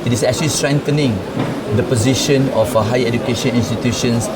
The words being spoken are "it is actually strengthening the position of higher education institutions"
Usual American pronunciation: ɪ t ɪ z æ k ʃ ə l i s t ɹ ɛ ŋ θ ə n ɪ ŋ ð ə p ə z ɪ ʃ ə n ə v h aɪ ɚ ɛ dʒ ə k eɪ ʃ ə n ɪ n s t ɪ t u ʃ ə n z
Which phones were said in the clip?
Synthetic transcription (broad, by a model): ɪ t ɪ s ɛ k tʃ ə l i s t ɹ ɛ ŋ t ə n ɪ ŋ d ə p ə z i ʃ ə n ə f h aɪ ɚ ɛ dʒ ə k eɪ ʃ ə n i n s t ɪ t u ʃ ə n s